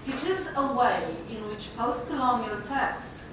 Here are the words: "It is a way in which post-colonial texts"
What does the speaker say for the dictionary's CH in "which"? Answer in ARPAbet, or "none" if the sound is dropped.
CH